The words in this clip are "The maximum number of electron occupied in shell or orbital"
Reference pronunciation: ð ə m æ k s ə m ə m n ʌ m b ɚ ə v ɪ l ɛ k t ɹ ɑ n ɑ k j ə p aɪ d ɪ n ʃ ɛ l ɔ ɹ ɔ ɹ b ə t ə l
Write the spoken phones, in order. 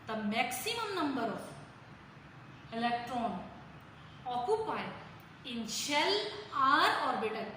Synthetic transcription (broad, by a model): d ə m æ k s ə m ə m n ʌ m b ɚ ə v ɪ l ɛ k t ɹ ɑ n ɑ k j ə p aɪ ɪ n ʃ ɛ l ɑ ɹ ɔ ɹ b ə t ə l